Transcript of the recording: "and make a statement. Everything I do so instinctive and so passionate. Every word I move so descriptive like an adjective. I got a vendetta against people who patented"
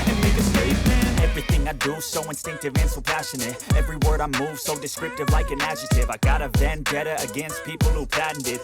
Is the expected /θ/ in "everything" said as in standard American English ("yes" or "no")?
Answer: yes